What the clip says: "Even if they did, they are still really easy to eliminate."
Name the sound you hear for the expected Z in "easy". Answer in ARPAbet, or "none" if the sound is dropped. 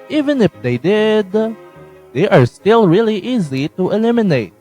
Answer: Z